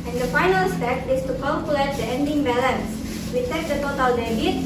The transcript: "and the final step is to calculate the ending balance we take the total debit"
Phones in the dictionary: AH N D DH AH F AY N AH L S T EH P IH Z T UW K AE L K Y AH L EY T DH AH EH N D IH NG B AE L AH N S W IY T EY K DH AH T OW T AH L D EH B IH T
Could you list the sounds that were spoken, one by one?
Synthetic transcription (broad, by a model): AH N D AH F AY N AH L S T EH P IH S T UW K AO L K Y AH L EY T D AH EH N D IH NG B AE L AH N S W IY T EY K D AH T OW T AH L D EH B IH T